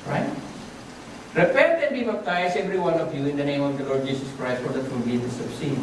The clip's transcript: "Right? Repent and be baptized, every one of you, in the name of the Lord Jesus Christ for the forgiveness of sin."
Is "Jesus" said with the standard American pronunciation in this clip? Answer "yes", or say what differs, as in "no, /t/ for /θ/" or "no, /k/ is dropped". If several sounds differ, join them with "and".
no, /s/ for /z/